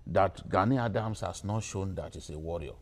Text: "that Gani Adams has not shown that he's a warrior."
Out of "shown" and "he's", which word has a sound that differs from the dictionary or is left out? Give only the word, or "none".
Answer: he's